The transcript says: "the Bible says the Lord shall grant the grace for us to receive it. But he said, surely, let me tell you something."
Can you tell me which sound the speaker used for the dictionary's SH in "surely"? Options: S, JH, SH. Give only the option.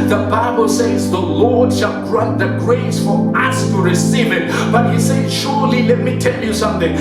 SH